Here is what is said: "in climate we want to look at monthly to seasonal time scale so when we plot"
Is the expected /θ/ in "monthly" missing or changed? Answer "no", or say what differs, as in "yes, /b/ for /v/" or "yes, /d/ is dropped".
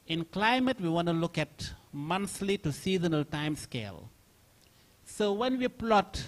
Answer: yes, /s/ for /θ/